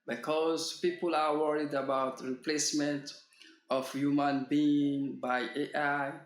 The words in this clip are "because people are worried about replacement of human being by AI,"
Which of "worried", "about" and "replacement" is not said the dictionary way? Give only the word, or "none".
none